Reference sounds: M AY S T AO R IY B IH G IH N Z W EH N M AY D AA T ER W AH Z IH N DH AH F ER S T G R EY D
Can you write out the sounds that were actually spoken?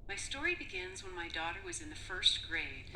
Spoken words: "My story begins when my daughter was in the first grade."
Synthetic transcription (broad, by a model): M AY S T AO R IY B IH G IH N Z W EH N M AY D AA T ER W AH Z IH N DH AH F ER S T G R EY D